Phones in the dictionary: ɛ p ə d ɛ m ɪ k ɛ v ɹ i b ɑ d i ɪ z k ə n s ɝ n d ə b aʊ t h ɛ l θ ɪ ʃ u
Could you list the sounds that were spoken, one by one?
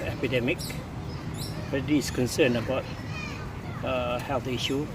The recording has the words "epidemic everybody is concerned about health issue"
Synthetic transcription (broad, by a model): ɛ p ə d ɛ m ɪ k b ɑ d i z k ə n s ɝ n ə b aʊ t h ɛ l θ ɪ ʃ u